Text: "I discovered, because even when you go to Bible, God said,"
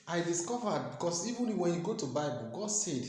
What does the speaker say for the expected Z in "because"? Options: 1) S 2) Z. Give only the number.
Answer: 1